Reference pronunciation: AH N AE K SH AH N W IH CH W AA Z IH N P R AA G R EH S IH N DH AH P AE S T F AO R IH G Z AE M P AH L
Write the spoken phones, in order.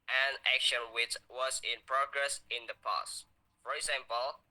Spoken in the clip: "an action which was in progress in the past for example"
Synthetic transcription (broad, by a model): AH N AE K SH AH N W IH CH W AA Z IH N P R AA G R EH S IH N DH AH P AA S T F AO R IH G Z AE M P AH L